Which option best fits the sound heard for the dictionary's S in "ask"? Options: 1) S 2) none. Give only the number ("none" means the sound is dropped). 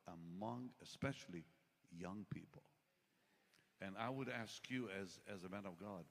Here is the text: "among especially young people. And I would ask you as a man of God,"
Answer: 1